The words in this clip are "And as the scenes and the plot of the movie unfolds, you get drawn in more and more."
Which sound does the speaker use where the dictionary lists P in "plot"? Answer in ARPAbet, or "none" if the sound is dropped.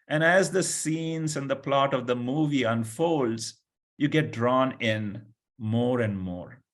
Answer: P